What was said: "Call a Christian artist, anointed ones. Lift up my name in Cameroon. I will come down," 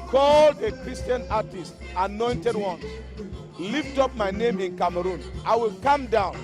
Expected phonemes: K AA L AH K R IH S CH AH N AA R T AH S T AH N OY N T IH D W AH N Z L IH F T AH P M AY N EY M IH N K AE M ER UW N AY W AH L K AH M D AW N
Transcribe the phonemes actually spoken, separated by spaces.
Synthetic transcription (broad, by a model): K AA L AH K R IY S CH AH N AA T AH S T AH N OY N T IH D W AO N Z L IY F T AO P M AY N EY M IH N K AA M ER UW N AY W AH L K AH M D AW N